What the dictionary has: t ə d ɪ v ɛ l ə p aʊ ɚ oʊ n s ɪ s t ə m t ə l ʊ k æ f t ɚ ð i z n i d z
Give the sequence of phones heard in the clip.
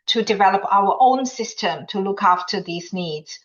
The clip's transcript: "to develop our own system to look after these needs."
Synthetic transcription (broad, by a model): t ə d ɪ v ɛ l ə p aʊ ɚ oʊ n s ɪ s t ə m t ə l ʊ k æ f t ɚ ð i z n i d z